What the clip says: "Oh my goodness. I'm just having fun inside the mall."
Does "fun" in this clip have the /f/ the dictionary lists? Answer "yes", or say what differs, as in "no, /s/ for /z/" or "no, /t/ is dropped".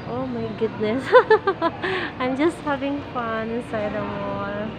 yes